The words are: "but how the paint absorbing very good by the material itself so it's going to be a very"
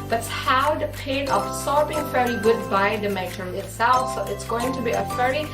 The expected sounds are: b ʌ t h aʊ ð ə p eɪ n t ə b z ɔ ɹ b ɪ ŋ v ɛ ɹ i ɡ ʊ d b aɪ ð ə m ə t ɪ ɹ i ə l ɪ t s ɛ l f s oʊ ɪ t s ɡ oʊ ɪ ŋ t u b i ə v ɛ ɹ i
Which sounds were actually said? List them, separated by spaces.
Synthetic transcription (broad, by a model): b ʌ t h aʊ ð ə p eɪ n ə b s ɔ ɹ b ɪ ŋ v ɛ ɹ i ɡ ʊ d b aɪ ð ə m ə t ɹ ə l ɪ t s ɛ l f s oʊ ɪ t s ɡ oʊ ɪ ŋ t u b i ə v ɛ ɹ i